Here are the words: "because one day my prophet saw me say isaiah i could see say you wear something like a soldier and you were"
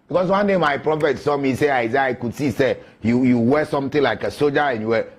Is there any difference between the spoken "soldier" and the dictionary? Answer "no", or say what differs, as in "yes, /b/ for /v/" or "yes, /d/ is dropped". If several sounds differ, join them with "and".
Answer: yes, /l/ is dropped